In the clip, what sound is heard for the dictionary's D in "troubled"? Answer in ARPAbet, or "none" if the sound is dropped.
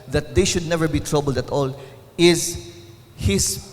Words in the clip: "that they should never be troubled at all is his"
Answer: D